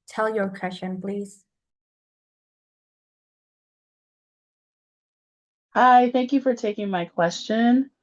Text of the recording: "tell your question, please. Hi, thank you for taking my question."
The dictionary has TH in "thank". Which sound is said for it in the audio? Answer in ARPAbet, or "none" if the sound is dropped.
TH